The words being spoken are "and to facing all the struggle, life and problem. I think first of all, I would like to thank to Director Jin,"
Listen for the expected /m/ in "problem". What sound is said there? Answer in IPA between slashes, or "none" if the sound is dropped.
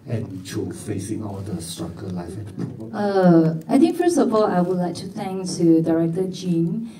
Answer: none